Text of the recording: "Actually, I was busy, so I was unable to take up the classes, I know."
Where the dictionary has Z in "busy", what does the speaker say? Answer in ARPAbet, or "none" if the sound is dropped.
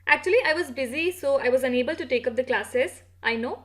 Z